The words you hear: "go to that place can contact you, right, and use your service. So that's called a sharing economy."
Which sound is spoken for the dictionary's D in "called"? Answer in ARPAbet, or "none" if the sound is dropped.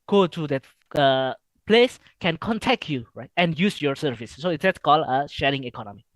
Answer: none